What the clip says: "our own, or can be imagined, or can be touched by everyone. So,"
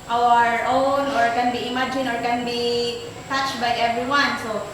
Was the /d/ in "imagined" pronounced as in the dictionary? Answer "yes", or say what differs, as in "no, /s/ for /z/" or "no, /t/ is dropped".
no, /d/ is dropped